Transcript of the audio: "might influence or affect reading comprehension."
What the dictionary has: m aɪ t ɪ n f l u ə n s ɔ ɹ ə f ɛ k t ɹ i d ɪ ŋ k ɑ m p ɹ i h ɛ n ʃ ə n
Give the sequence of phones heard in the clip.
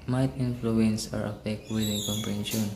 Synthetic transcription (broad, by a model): m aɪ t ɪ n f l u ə n s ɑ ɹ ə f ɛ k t w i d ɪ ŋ k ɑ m p ɹ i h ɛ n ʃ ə n